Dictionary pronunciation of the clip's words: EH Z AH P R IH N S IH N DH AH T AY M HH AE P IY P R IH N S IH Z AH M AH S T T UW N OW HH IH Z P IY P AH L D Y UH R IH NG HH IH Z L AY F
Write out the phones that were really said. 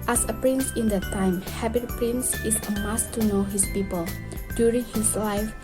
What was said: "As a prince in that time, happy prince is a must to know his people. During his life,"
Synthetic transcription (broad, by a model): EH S AH P R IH N S IH N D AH T AY M HH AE B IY P R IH N S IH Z AH M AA S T T UW N OW HH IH S P IY P AH L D Y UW R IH NG HH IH S L AY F